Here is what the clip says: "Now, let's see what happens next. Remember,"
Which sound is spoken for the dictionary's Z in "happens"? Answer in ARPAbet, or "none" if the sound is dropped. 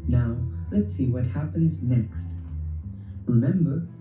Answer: Z